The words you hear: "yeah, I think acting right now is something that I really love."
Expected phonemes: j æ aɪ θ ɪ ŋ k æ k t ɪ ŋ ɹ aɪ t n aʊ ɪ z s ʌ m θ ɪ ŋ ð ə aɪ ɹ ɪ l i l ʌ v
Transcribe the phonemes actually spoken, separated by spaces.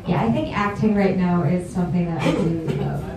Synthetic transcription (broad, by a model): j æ aɪ θ ɪ ŋ k æ k t ɪ ŋ ɹ aɪ t n aʊ ɪ z s ʌ m θ ɪ ŋ ð ə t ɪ i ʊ